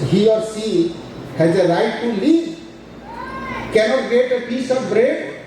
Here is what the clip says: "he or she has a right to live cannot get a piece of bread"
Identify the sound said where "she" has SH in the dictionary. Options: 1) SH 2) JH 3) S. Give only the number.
3